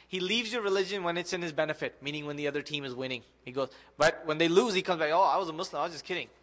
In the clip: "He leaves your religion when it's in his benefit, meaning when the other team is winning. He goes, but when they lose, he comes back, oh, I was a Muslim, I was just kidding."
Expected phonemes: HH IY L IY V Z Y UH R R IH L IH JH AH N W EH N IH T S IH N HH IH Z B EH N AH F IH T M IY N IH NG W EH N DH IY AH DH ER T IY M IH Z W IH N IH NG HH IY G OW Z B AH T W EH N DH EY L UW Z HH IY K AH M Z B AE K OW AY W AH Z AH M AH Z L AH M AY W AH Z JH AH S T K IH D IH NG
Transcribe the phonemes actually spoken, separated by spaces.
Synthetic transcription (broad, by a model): HH IY L IY V Z Y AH R R IH L IH JH AH N W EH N IH T S IH N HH IH Z B EH N AH F IH T M IY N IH NG W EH N DH IY AH DH ER T IY M IH Z W IH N IH NG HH IY G OW Z B AH T W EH N DH EY L UW Z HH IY K AH M Z B AE K OW AY W AH Z AH M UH S L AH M AY W AH Z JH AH S K IH D IH NG